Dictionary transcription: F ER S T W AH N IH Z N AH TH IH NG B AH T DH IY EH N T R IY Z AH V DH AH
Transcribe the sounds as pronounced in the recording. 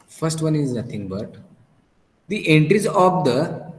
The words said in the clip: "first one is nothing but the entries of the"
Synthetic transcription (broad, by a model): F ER S T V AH N IH Z N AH T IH NG B AH T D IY EH N T R IY Z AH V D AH